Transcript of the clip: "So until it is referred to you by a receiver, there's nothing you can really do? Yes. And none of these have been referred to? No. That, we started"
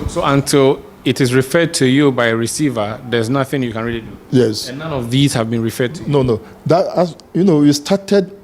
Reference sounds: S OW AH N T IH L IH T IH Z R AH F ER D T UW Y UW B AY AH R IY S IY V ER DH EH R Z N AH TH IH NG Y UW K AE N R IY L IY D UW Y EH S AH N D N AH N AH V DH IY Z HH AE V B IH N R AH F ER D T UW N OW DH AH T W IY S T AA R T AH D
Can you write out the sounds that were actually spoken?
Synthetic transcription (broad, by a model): S OW AH N T IH L IH T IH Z R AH F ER D T UW Y UW B AY AH R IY S IY V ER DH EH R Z N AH TH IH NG Y UW K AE N R IY L IY D UW Y EH S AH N N AH N AH V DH IY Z HH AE V B IH N R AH F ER D T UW N OW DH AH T W IY S T AA T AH D